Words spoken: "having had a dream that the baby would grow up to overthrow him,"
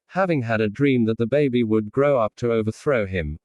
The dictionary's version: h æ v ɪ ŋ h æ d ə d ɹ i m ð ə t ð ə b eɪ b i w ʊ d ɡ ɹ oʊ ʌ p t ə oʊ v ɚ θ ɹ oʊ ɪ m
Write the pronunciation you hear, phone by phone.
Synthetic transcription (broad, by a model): h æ v ɪ ŋ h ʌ d ə d ɹ i m ð ə t ð ə b eɪ b i w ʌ d ɡ ɹ oʊ ʌ p t ə oʊ v ɚ θ ɹ oʊ ɪ m